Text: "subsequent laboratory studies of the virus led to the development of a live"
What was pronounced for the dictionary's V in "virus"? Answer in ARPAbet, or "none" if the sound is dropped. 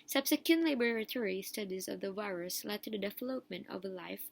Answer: V